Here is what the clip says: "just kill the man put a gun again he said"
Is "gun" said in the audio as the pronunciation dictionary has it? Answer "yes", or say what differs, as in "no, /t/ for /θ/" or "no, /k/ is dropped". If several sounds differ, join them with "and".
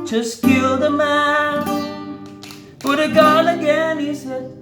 no, /l/ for /n/